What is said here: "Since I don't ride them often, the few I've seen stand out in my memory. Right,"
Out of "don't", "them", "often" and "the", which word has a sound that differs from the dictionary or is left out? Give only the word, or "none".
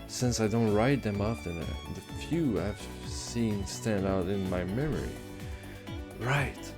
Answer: often